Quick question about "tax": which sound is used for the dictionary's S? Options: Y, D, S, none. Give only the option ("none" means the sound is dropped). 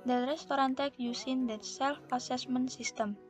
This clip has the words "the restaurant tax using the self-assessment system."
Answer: none